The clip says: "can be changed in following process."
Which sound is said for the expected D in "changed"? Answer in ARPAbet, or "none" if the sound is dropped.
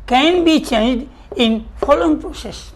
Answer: D